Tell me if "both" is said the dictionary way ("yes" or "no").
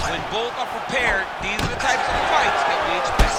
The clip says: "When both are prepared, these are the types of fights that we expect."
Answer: yes